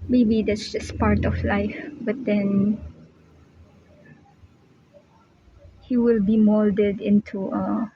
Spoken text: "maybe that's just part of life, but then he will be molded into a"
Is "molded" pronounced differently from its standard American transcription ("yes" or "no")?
no